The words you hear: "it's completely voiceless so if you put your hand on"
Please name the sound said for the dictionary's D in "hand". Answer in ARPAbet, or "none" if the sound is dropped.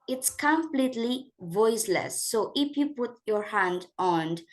D